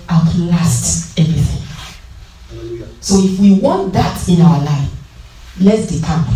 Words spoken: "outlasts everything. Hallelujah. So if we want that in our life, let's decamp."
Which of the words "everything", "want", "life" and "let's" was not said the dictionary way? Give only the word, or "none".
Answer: none